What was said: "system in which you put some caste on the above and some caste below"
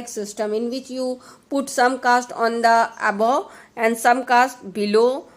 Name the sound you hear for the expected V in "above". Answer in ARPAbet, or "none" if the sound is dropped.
none